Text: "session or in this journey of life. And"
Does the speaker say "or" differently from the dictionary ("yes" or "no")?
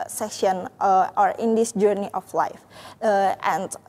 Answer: no